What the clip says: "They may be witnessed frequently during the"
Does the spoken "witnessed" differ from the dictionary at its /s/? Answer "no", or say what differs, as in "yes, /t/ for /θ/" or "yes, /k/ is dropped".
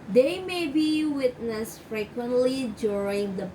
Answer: no